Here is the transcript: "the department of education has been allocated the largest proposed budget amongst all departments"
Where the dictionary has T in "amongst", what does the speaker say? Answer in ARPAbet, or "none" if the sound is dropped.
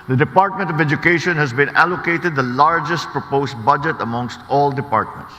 T